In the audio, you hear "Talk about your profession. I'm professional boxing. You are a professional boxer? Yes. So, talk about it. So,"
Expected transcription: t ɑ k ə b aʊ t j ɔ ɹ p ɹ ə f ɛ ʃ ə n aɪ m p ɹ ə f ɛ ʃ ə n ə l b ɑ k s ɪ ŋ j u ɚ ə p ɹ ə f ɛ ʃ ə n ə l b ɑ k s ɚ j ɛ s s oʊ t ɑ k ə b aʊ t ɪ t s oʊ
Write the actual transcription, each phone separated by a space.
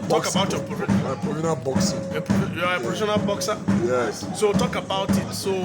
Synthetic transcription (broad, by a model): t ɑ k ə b aʊ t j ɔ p ə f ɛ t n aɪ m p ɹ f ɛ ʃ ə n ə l b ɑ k s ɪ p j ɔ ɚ ə p ɹ ə f ɛ ʃ ə n ə l b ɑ k s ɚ j ɛ s s oʊ t ɑ k ə b aʊ t ɪ t s oʊ